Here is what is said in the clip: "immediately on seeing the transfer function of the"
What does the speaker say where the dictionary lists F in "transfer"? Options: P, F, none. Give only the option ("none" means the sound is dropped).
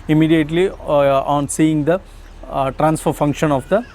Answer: F